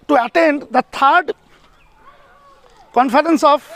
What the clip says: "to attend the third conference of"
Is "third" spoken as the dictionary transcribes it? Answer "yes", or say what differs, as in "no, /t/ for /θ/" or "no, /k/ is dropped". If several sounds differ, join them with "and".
no, /t/ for /θ/